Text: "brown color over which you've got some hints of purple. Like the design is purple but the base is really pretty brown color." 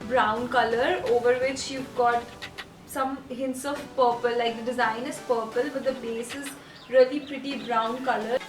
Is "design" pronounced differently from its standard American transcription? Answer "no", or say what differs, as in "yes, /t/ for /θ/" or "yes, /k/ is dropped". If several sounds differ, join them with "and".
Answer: no